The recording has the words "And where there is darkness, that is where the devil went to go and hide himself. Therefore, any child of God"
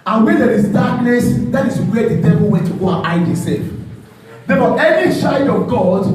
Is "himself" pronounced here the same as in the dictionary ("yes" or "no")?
no